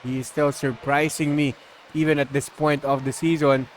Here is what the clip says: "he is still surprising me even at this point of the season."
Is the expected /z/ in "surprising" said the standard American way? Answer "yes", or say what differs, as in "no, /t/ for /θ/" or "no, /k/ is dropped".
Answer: no, /s/ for /z/